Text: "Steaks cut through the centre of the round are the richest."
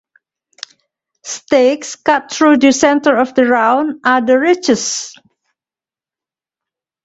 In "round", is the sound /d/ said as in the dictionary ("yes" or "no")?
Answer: no